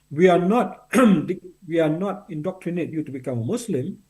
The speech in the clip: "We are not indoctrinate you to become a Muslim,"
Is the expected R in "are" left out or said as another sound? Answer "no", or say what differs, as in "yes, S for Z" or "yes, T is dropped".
yes, W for R